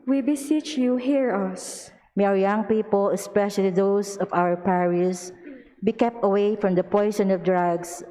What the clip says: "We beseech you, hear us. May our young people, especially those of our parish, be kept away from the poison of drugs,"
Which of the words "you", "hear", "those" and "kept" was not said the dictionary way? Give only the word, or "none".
those